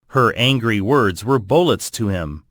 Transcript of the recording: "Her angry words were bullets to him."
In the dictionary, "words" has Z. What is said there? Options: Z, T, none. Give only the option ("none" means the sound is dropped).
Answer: Z